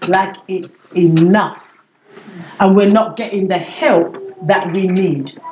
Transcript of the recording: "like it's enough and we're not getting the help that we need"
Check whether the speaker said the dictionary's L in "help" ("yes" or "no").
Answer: yes